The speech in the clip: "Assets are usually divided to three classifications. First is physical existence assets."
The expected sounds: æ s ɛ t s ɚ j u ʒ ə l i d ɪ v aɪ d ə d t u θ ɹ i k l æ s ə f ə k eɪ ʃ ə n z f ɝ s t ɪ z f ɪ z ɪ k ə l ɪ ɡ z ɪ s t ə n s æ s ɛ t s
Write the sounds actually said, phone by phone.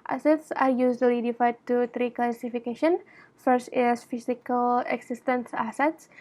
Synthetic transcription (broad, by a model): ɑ s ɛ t s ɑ j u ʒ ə l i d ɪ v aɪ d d t u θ ɹ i k l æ s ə f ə k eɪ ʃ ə n f ɝ s t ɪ s f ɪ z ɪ k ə l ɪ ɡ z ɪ s t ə n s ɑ s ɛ t s